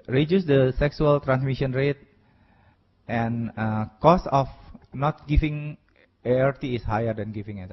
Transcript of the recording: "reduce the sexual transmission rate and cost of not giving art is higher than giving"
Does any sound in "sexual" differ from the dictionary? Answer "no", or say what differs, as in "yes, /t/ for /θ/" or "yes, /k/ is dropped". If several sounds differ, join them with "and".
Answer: yes, /s/ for /ʃ/